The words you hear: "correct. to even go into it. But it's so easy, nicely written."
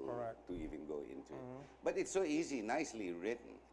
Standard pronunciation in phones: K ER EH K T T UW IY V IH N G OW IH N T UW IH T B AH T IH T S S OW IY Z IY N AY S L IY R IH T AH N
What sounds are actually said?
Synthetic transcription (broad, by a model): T T UW IY V IH N G OW IH N T UW IH T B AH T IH T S S OW IY Z IY N AY S L IY R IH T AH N